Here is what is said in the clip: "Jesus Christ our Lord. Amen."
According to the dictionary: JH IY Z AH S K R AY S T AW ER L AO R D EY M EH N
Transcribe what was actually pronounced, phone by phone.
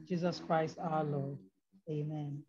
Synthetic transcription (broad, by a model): JH IY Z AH S K R AY S T AW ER L AO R D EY M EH N